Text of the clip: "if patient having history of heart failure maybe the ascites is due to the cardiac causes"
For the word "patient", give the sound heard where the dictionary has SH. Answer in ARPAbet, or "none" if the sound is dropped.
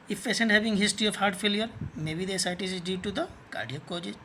S